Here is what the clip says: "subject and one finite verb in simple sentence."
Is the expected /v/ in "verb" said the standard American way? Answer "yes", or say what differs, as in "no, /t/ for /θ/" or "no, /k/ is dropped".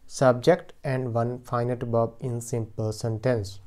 no, /b/ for /v/